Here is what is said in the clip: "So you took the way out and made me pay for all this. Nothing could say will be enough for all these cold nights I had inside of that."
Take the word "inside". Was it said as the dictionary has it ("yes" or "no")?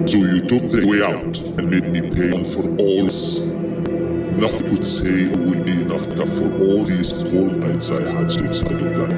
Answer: no